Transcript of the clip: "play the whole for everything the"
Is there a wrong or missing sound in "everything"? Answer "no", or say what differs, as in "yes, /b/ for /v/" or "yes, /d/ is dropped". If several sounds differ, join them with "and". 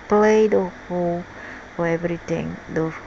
yes, /t/ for /θ/